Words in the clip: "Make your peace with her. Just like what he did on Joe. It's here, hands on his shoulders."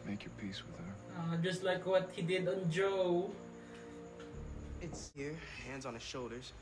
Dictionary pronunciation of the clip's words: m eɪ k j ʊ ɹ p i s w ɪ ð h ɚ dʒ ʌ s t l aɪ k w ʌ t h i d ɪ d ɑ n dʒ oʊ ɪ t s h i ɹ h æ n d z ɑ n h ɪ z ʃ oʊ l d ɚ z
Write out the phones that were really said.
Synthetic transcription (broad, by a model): m eɪ k j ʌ ɹ p i s w ɪ ð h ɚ dʒ ʌ s t l aɪ k w ʌ t h i d ɪ d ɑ n dʒ oʊ ɪ t s h i ɹ h æ n d z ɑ n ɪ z ʃ oʊ l d ɚ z